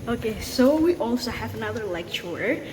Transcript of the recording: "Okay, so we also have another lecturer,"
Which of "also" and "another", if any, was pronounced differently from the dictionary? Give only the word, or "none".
none